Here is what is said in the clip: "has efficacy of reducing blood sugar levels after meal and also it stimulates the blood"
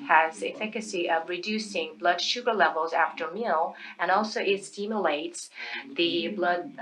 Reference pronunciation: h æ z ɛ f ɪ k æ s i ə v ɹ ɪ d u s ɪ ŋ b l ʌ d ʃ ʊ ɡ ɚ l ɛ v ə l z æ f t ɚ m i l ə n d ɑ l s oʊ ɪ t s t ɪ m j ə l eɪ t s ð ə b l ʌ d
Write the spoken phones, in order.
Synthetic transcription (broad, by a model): h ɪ z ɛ f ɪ k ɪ s i ə v ɹ ɪ d u s ɪ ŋ b l ʌ d ʃ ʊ ɡ ɚ l ɛ v l z æ f t ɚ m i l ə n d ɑ l s oʊ ɪ t s t ɪ m j ə l eɪ t s ð ə b l ʌ d